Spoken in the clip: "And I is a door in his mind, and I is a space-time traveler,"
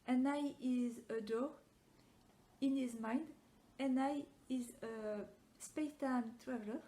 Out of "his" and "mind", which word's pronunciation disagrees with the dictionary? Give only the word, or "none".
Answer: none